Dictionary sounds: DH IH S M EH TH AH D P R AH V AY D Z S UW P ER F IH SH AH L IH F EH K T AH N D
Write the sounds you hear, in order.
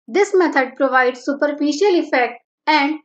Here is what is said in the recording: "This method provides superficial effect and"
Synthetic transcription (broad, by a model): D IH S M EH T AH D P R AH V AY D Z S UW P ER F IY SH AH L IH F EH K T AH N D